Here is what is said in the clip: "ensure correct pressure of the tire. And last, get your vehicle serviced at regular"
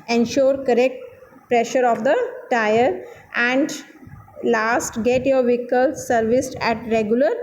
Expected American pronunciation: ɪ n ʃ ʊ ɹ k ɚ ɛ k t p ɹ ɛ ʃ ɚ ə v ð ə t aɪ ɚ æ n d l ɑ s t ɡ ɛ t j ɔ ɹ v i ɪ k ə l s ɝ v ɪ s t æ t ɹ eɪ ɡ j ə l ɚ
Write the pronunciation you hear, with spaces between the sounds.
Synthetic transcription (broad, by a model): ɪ n ʃ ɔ ɹ k ɚ ɛ k t p ɹ ɛ ʃ ɚ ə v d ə t aɪ ɚ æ n d l ɑ s t ɡ ɛ t j ɔ ɹ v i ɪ k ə l s ɝ v ɪ s t æ t ɹ eɪ ɡ j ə l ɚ